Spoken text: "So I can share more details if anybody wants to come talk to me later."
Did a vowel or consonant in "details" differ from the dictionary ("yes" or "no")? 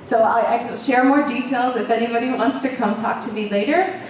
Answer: no